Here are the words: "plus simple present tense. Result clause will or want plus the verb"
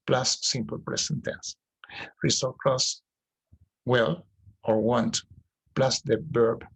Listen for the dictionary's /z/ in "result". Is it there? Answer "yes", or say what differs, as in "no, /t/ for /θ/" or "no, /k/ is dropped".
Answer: no, /s/ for /z/